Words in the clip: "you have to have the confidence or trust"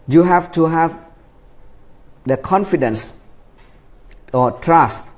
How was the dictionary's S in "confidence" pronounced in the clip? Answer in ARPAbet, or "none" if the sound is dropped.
S